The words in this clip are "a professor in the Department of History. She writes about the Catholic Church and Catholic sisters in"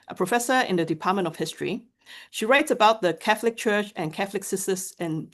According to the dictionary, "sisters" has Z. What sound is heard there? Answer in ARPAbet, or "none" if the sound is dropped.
S